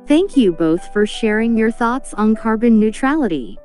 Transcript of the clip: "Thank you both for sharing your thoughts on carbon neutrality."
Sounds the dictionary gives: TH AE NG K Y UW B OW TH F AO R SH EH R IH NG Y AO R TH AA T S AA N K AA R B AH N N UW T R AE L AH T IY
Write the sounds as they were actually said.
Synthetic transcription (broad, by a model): TH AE NG K Y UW B OW TH F AO R SH EH R IH NG Y AO R TH AA T S N K AA R B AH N N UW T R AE L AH T IY